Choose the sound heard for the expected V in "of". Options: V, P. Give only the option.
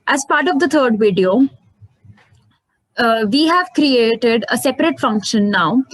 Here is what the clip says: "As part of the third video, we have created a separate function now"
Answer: V